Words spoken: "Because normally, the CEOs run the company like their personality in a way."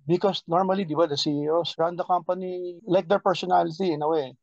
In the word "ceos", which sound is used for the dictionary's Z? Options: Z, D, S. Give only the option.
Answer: S